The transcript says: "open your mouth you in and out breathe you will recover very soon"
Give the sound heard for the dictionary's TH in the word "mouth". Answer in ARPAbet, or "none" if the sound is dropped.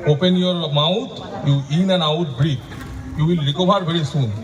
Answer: T